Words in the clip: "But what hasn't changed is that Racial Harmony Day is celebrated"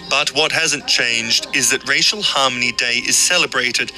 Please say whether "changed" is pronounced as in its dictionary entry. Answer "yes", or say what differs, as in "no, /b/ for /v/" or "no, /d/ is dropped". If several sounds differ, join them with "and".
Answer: yes